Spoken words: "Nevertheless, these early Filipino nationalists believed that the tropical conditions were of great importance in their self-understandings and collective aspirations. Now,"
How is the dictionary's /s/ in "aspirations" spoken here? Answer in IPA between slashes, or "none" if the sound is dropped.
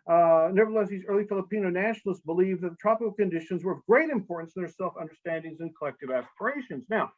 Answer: /s/